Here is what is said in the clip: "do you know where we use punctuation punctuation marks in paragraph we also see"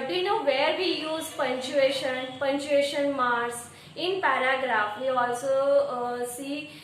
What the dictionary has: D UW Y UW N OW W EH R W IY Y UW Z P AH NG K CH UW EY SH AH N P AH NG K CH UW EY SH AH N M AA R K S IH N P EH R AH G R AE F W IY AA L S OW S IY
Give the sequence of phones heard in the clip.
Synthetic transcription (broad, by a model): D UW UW N OW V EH R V IY Y UW Z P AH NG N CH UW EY SH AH N P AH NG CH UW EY SH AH N M AA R S IH N P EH R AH G R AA F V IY AA L S OW S IY